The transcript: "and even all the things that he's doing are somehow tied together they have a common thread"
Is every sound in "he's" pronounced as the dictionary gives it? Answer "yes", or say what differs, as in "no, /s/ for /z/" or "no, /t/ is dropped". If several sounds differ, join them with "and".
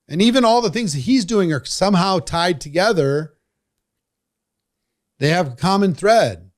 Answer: yes